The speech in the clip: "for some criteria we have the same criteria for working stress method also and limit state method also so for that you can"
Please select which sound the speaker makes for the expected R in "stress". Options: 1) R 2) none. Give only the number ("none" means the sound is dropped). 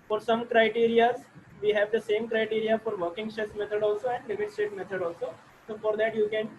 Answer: 2